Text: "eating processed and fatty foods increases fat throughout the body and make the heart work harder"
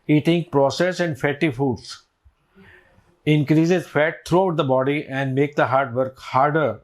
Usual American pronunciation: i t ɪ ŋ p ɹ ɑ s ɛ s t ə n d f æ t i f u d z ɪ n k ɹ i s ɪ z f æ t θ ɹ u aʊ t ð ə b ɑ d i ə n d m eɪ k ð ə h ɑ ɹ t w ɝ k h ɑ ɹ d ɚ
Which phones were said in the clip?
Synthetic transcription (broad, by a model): i t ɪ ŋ p ɹ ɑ s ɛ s ə n d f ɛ t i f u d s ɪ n k ɹ i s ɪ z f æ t t ɹ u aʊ t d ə b ɑ d i ə n d m eɪ k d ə h ɑ ɹ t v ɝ k h ɑ ɹ d ɚ